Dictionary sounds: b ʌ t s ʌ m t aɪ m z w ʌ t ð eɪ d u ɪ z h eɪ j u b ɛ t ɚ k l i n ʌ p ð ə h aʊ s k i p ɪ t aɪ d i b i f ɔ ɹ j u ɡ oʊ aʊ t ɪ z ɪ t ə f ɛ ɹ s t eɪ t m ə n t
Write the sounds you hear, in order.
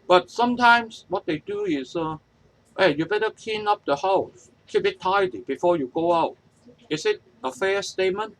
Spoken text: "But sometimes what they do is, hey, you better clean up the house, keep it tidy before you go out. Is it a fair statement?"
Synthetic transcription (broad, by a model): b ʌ t s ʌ m t aɪ m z w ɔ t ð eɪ d u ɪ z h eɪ j u b ɛ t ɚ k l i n ʌ p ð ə h aʊ s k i b ɪ t aɪ d i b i f ɔ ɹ j u ɡ oʊ aʊ t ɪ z ɪ t ə f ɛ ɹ s t eɪ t m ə n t